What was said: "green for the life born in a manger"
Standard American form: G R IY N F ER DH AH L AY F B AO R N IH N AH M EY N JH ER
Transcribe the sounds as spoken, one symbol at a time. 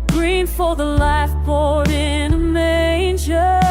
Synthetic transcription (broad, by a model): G R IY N F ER DH AH L AY F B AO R IH N AH M EY N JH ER